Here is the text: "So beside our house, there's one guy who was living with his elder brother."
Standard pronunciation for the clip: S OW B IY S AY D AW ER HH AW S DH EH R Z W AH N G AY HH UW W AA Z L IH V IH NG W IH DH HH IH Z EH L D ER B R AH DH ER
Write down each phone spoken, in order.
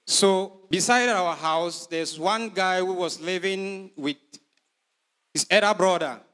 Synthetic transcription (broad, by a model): S OW B IY S AY D AW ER HH AW S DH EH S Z W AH N G AY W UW W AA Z L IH V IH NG W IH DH HH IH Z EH D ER B R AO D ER